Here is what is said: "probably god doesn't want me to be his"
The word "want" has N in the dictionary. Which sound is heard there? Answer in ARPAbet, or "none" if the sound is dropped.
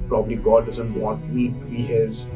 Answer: none